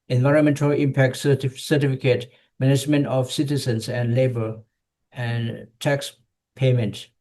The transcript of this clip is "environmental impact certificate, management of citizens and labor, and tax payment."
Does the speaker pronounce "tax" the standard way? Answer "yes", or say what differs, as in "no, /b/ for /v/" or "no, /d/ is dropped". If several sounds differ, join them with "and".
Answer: yes